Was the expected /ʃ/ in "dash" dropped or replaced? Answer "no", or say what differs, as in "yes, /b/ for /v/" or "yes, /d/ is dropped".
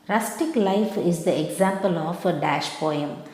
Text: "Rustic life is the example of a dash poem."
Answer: no